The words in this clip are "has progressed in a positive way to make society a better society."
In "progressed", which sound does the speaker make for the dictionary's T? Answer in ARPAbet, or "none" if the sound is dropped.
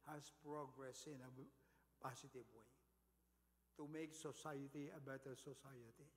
none